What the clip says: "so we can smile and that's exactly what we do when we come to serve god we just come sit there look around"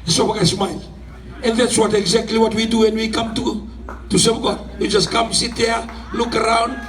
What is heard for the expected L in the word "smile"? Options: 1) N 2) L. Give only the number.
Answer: 1